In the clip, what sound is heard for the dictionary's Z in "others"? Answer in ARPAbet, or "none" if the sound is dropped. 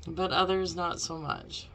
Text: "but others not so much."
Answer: Z